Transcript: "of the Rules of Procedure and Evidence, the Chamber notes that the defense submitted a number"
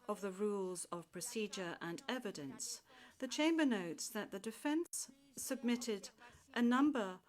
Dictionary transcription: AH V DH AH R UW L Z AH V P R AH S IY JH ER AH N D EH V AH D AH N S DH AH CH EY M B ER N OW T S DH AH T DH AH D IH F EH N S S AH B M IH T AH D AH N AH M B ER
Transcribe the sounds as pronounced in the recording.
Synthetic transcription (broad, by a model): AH V DH AH R UW L Z AH V P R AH S IY JH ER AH N EH V AH D AH N S DH AH CH EY M B ER N OW T S DH AH T DH AH D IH F EH N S S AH B M IH T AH D AH N AH M B ER